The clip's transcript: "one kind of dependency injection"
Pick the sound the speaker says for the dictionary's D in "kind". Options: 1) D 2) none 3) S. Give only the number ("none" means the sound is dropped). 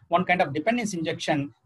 1